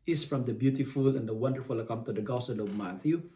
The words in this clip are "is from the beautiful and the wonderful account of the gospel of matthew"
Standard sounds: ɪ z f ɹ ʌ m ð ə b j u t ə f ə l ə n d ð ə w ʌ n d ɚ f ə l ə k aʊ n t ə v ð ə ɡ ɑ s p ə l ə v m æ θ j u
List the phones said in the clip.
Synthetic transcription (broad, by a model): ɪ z f ɹ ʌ m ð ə b j u t ə f ə l ə n d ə w ʌ n d ɚ f ə l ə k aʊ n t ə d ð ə ɡ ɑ s ə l ə v m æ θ j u